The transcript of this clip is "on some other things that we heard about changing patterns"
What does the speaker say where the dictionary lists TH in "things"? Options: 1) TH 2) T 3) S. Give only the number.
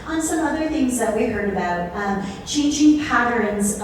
1